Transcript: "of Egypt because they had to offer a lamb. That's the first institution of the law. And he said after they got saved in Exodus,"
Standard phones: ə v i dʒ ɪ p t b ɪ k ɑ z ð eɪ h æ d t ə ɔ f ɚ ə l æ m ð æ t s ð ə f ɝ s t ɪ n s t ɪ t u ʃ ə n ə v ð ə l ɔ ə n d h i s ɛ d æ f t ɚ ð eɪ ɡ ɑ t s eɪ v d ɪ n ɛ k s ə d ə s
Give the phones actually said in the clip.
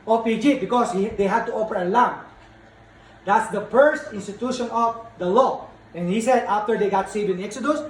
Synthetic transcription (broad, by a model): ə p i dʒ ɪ b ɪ k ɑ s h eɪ h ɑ d t ə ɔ p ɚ ə l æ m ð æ t s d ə f ɝ s t ɪ n s t ɪ t u ʃ ə n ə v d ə l ɔ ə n h i s ɛ d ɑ f t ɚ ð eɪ ɡ ɑ t s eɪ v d ɪ n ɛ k s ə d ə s